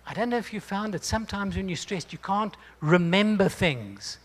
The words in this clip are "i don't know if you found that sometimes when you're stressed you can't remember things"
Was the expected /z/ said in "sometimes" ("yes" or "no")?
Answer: yes